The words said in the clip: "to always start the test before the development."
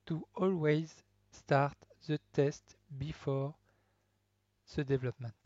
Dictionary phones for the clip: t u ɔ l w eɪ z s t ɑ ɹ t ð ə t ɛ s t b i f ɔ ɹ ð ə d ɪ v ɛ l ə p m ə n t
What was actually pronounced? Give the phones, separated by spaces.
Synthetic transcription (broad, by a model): t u ɔ l w eɪ z s t ɑ ɹ t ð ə t ɛ s t b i f ɔ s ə d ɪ v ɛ l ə p m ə n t